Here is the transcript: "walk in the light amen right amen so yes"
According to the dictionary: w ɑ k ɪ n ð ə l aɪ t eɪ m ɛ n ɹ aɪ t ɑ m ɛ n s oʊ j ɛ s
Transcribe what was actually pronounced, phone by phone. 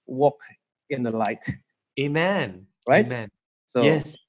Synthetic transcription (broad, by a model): w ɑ k ɪ n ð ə l aɪ t eɪ m ɛ n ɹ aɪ ɑ m ɛ n s oʊ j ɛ s